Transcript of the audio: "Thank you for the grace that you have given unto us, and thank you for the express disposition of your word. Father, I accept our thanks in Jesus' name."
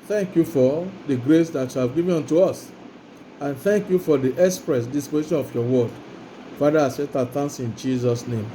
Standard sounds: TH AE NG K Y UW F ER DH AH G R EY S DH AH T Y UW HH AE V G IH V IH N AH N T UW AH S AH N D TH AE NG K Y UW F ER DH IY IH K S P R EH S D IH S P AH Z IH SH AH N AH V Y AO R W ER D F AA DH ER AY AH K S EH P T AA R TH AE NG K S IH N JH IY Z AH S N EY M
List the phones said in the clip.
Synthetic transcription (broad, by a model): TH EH NG K Y UW F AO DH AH G R EY S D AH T Y UW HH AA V G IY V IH AO N T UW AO S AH N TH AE NG K Y UW F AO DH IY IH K S P R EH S D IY S P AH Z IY SH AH N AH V Y AO W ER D F AA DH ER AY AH S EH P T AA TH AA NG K S IH N JH IY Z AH S N EY M